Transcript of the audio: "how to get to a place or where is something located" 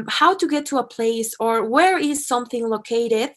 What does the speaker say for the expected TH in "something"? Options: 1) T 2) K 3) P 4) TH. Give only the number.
4